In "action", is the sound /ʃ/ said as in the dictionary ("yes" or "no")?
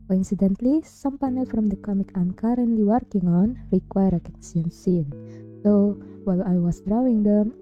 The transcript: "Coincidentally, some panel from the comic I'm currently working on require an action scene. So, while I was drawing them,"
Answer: no